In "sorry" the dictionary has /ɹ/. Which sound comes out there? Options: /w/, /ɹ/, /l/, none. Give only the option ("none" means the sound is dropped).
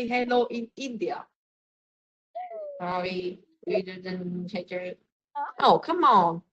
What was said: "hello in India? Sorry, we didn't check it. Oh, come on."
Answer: /w/